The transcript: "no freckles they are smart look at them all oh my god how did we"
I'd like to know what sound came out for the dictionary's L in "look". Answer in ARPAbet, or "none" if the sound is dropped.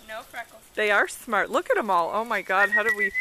L